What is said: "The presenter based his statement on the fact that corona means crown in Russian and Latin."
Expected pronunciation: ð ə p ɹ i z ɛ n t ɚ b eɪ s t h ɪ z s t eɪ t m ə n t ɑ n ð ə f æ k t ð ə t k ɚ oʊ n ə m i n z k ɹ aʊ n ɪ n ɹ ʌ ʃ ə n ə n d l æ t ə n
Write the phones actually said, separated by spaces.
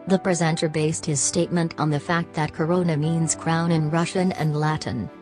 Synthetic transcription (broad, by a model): ð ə p ɹ i z ɛ n t ɚ b eɪ s t h ɪ z s t eɪ t m ə n t n ð ə f æ k t ð ə t k ɚ oʊ n ə m i n z k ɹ aʊ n ɪ n ɹ ʌ ʃ ə n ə n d l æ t n